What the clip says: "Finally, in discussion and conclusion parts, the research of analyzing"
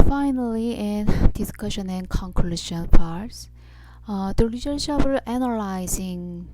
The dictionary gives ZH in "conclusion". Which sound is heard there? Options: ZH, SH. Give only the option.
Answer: SH